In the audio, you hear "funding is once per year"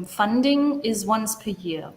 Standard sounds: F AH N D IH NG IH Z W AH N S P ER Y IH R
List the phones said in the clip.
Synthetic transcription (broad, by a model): F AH N D IH NG IH Z W AH N S P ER Y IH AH